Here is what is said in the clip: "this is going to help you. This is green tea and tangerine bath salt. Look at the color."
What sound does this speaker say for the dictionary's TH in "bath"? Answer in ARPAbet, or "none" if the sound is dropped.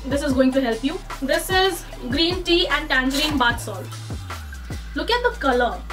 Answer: T